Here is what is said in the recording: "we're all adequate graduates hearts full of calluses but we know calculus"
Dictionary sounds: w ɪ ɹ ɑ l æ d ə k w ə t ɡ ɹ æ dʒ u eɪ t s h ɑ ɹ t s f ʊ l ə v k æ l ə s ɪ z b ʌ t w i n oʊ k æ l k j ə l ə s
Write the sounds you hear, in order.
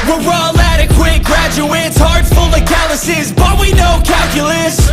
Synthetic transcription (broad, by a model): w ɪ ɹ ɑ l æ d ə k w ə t ɡ ɹ æ dʒ u eɪ t s h ɑ ɹ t f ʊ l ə k æ l ə s ɪ z b ʌ t w i n oʊ k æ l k j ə l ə s